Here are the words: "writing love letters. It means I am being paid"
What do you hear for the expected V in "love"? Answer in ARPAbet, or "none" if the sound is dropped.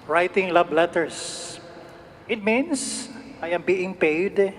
B